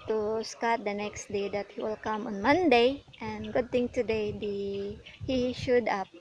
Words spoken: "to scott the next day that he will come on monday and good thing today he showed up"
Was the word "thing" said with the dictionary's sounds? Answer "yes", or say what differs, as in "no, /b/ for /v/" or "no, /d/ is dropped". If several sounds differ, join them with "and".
no, /t/ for /θ/